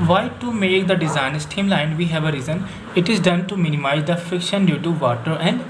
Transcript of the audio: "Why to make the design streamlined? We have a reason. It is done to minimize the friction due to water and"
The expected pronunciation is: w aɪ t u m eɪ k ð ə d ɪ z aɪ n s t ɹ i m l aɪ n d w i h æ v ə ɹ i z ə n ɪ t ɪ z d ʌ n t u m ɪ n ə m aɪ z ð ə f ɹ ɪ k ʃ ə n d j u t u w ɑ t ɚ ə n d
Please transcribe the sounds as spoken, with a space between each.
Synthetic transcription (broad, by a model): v aɪ t u m eɪ k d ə d ɪ z aɪ n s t i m l aɪ n d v i h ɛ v ə ɹ i z ə n ɪ t ɪ z d ʌ n t u m ɪ n ə m aɪ z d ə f ɪ k ʃ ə n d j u t u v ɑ t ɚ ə n d